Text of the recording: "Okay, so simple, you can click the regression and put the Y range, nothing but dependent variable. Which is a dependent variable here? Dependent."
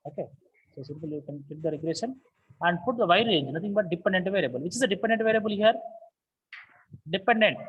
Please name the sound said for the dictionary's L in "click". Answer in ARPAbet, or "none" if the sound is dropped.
none